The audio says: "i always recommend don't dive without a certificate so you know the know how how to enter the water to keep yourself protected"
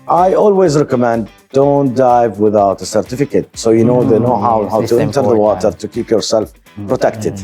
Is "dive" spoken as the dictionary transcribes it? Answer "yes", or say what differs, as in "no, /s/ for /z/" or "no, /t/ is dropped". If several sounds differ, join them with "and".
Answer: yes